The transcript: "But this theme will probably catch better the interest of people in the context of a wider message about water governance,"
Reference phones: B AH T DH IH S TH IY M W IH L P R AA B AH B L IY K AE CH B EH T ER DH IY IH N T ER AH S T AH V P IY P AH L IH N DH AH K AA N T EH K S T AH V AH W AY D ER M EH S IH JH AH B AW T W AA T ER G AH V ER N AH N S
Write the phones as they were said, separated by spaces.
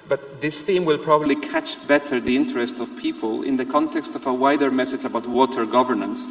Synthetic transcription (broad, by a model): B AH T DH IH S TH IY M W IH L P R AA B AH B L IY K AE CH B EH T ER DH IY IH N T ER AH S T AH V P IY P AH L IH N DH AH K AA N T EH K S T AH V AH W AY D ER M EH S IH JH AH B AW T W AA T ER G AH V ER N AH N S